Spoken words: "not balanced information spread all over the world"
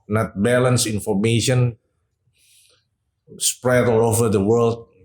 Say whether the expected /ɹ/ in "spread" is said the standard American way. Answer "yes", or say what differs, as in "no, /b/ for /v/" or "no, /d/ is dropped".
yes